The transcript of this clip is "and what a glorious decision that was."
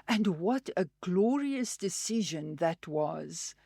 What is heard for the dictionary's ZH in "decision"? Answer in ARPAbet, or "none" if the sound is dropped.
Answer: ZH